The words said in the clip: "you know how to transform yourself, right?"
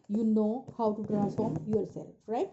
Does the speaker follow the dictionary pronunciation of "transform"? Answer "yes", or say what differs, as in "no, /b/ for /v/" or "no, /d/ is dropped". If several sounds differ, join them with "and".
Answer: no, /n/ is dropped and /f/ is dropped